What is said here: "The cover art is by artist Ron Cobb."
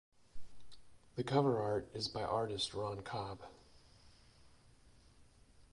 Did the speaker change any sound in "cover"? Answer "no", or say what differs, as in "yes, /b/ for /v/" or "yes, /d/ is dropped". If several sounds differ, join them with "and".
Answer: no